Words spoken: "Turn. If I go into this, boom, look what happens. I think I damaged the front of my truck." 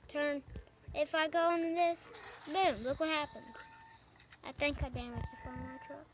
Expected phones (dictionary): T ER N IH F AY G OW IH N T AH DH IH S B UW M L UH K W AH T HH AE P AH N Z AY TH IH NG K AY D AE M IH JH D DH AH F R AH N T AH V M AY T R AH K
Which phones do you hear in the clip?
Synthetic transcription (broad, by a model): T ER N IH F AY G OW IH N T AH DH IH S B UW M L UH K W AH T HH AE P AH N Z AY TH IH NG K AY D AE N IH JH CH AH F AH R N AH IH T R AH